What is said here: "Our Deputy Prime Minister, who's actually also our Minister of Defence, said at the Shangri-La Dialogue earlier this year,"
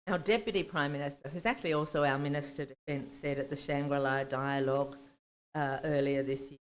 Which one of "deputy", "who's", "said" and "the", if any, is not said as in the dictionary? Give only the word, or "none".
none